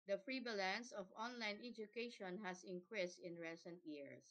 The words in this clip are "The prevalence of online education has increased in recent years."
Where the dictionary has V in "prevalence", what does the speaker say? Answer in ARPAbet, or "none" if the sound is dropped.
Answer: B